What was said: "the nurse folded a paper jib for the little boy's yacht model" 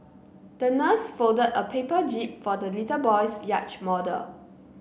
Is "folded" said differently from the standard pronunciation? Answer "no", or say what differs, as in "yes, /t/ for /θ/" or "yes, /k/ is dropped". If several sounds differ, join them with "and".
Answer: yes, /l/ is dropped